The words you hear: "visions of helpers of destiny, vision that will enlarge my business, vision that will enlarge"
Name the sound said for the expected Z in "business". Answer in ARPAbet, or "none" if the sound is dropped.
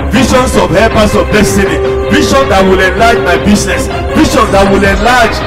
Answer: S